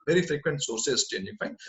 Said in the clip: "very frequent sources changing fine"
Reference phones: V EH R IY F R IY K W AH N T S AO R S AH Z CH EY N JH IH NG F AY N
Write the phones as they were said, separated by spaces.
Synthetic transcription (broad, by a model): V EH R IY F R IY K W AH N T S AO R S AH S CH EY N IH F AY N